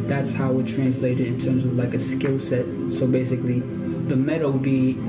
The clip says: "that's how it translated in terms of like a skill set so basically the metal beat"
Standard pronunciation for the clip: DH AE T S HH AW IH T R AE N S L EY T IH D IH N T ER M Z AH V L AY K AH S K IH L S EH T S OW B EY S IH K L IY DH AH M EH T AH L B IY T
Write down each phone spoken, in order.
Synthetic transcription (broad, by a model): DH AE T S HH AW IH T R AE N S L EY T IH D IH N T ER M Z AH V L AY K AH S K IH L S EH T S OW B EY S IH K L IY DH AH M EH T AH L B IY